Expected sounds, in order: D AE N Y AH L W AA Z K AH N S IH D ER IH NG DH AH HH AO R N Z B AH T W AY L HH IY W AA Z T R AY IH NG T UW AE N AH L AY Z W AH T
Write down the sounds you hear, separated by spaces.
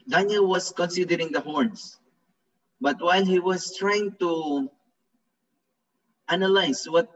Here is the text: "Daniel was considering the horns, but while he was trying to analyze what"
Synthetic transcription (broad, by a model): D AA N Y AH L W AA S K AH N S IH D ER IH NG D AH HH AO R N S B AH T W AY L HH IY W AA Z T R AY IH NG T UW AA N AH L AY S W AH T